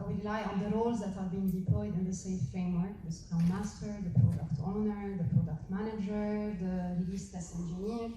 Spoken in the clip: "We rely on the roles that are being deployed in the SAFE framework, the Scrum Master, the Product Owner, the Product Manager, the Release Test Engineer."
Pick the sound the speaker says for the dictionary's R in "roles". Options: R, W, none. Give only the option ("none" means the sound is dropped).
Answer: R